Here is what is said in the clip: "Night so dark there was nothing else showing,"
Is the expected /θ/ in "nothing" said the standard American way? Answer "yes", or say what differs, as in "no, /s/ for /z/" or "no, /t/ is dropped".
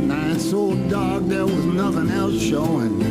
yes